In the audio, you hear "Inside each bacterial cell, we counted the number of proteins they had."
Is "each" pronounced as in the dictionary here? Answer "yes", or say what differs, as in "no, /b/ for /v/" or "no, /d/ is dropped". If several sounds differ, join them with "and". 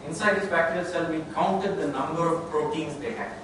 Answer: no, /s/ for /tʃ/